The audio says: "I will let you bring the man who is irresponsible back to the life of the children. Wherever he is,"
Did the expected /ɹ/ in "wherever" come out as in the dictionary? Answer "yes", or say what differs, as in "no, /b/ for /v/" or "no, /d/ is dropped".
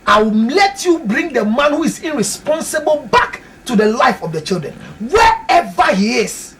no, /ɹ/ is dropped